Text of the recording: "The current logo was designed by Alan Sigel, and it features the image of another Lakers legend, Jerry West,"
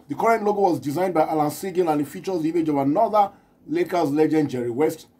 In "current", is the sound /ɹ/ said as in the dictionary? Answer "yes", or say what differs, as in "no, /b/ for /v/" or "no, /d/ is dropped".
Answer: yes